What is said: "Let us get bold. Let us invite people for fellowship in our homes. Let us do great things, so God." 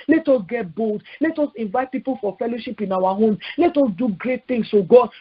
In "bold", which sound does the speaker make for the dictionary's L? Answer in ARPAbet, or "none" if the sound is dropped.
L